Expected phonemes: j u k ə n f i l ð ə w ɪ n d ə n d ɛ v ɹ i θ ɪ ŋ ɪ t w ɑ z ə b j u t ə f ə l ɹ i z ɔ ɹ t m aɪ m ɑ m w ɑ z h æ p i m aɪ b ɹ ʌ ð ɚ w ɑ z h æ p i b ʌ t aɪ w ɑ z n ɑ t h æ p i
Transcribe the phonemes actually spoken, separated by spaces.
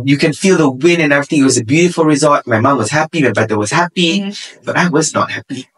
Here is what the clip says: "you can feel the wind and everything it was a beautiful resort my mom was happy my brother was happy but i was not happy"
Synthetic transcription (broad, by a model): j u k ə n f i l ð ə w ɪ n ə n ɛ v ɹ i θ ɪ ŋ ɪ t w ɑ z ə b j u t ə f ə l ɹ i z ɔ l t m aɪ m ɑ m w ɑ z h æ p i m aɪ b ɛ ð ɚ w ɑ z h æ p i b ʌ t aɪ w ɑ z n ɑ t h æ p i